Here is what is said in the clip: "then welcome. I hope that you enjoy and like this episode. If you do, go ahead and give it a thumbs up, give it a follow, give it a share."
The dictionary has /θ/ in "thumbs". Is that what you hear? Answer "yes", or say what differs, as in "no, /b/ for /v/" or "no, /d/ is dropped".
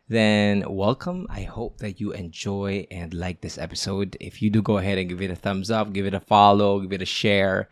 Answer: yes